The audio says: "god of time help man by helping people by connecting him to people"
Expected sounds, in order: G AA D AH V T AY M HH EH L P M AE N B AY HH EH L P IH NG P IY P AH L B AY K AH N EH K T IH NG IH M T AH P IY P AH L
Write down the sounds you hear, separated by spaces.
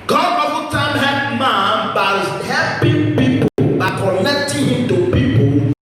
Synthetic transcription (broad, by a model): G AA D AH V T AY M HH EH P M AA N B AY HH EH P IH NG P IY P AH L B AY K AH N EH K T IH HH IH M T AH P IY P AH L